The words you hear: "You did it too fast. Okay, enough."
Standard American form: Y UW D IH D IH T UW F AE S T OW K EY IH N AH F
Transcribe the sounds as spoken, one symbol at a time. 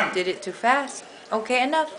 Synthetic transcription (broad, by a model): D IH D IH T UW F AE S T OW K EY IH N AH F